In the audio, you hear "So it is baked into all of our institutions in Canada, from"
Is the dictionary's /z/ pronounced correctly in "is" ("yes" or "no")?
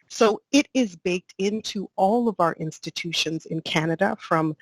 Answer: yes